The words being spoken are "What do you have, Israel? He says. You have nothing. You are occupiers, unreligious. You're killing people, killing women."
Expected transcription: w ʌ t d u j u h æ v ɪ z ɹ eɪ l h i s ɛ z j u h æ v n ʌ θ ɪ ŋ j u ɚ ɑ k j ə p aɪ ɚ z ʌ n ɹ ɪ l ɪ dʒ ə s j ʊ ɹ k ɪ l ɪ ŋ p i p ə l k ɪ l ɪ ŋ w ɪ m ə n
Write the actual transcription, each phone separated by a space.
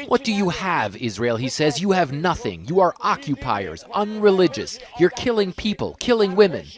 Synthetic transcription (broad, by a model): w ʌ t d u j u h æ v ɪ z ɹ eɪ l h i s ɛ z j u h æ v n ʌ θ ɪ ŋ j u ɚ ɑ k j ə p aɪ ɚ z ʌ n ɹ ɪ l ɪ dʒ ə s j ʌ ɹ k ɪ l ɪ ŋ p i p ə l k ɪ l ɪ ŋ w ɪ m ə n